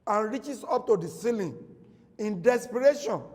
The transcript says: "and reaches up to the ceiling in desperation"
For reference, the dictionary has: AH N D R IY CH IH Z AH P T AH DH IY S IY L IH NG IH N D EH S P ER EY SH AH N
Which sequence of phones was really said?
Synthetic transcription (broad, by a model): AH N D R IY CH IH S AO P T AH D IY S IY L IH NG IH N D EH S P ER EY SH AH N